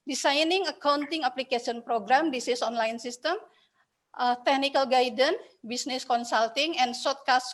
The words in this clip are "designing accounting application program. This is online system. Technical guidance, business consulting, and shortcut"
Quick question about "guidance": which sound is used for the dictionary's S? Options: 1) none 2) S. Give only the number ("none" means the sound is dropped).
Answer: 1